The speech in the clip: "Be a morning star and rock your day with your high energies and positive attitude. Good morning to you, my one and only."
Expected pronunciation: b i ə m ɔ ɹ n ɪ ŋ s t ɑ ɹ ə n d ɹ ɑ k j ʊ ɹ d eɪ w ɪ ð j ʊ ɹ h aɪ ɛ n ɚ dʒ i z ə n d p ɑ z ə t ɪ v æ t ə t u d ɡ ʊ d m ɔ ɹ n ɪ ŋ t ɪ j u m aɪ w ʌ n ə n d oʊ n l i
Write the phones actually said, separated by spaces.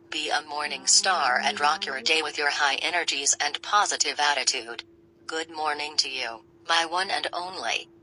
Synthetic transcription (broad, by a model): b i ə m ɔ ɹ n ɪ ŋ s t ɑ ɹ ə n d ɹ ɑ k j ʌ ɹ d eɪ w ɪ ð j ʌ ɹ h aɪ ɛ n ɚ dʒ i z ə n p ɑ z ə t ɪ v æ t ə t u d ɡ ʊ d m ɔ ɹ n ɪ ŋ t ɪ j u m aɪ w ʌ n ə n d oʊ n l i